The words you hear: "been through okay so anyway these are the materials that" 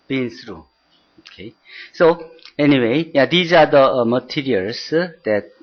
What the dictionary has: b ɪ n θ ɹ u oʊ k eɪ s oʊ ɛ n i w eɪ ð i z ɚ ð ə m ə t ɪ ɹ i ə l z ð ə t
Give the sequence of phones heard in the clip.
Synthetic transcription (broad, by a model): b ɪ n s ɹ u oʊ k eɪ s oʊ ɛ n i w eɪ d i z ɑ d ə m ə t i ɹ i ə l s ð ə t